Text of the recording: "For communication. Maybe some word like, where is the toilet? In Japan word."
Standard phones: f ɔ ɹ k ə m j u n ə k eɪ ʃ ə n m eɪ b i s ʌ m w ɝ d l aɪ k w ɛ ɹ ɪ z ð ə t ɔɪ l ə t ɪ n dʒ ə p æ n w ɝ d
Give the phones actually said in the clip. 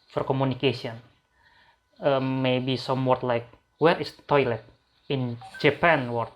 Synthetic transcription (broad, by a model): f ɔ ɹ k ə m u n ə k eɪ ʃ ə n m eɪ b i s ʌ m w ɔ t l aɪ k w ɛ ɹ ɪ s t ɔɪ l ə t ɪ n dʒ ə p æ n w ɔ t